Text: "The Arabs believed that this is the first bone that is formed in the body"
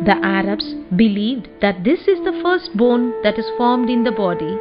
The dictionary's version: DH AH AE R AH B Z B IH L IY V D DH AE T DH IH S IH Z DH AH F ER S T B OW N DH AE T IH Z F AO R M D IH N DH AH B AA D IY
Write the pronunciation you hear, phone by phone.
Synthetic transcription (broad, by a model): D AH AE R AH B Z B IH L IY V D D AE T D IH S IH Z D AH F ER S T B OW N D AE T IH Z F AO R M D IH N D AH B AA D IY